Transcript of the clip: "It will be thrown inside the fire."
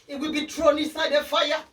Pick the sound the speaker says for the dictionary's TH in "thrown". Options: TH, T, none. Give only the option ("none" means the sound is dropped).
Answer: T